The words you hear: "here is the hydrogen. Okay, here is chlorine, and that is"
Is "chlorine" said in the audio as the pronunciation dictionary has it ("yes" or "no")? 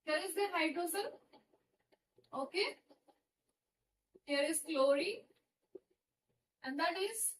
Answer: no